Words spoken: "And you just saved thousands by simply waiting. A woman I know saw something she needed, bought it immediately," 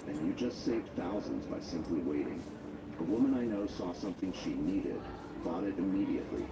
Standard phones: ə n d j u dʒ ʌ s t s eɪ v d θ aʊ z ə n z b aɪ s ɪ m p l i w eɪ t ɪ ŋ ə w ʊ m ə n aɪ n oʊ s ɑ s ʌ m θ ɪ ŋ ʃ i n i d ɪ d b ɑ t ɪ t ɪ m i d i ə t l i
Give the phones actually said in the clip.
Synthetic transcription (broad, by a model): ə n j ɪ dʒ ʌ s t s eɪ v d θ aʊ z ə n z b aɪ s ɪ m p l i w eɪ t ɪ ŋ ə w ʊ m ə n aɪ n oʊ s ɑ s ʌ m θ ɪ ŋ ʃ i n i d ɪ d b ɑ t ɪ t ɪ m i d i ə t l i